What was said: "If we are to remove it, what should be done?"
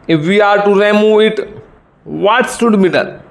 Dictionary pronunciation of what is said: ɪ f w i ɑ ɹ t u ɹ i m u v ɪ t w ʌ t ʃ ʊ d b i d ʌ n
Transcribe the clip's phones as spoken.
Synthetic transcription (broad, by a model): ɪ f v i ɑ ɹ t u ɹ i m u v ɪ t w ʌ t s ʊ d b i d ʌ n